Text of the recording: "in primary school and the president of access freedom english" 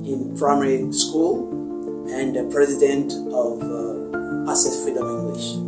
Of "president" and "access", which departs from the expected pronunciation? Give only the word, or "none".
access